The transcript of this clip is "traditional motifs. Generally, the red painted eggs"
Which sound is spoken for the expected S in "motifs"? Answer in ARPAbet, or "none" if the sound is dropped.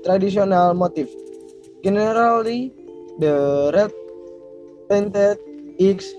none